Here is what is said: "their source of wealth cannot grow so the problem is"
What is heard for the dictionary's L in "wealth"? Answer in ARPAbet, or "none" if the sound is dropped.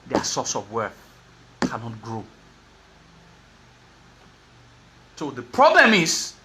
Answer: none